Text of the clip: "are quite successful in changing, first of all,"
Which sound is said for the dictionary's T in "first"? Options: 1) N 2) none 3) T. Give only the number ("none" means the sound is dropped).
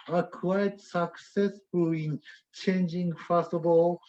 2